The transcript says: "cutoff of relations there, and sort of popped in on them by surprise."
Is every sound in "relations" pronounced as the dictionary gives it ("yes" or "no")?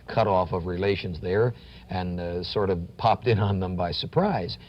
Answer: yes